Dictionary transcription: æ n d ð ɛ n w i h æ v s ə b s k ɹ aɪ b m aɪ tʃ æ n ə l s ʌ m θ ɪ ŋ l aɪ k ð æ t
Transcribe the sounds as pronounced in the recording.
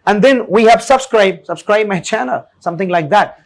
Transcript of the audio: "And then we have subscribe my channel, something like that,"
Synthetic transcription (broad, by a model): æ n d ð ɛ n w i h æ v s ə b s k ɹ aɪ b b aɪ tʃ æ n ə l s ʌ m θ ɪ ŋ l aɪ k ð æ t